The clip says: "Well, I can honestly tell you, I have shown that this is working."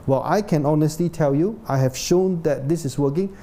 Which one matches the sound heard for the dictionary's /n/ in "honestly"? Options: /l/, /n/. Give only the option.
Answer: /n/